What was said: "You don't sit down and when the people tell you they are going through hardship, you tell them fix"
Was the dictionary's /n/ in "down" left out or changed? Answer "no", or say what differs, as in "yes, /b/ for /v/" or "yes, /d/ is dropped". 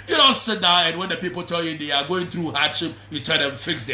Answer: yes, /n/ is dropped